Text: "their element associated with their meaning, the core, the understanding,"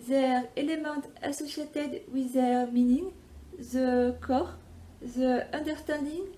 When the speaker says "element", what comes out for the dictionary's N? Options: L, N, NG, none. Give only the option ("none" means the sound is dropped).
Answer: none